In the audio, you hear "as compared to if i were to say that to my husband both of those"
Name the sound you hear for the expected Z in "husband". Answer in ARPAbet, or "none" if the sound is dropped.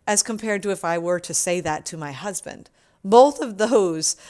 Z